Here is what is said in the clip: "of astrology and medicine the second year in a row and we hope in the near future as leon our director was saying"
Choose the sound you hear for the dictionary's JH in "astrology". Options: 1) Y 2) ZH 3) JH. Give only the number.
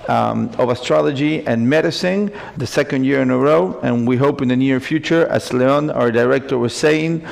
3